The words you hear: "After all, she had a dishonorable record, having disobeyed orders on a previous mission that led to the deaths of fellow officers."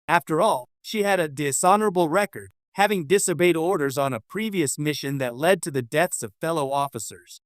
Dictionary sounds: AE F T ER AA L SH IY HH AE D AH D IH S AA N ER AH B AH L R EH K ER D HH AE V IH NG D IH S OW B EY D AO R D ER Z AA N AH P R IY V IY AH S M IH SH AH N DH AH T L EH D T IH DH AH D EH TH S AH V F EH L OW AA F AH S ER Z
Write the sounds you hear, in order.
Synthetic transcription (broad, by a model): AE F T ER AA L SH IY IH D AH D IH S AA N ER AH B L R EH K ER D HH AE V IH NG D IH S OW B EY D AO R D ER Z N AH P R IY V IY AH S M IH SH AH N DH AH T L EH D T IH DH AH D EH TH S AH V F EH L OW AA F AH S ER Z